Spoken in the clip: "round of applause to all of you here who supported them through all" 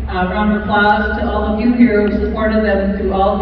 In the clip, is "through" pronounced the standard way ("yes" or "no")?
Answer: no